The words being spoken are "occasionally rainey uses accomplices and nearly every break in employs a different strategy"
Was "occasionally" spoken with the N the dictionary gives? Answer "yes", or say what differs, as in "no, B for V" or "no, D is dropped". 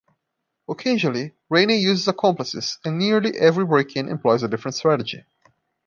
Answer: no, N is dropped